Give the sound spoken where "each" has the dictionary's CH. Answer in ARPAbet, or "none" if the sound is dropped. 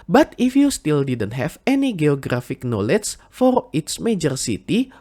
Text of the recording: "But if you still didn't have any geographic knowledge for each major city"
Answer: S